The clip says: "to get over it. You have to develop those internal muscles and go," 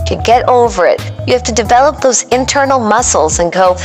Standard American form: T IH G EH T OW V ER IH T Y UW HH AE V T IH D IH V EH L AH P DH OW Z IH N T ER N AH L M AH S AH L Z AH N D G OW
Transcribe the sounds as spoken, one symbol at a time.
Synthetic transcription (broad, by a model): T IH G EH T OW V ER IH T Y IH HH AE F T IH D IH V EH L AH P DH OW Z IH N T ER N L M AH S L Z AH N G OW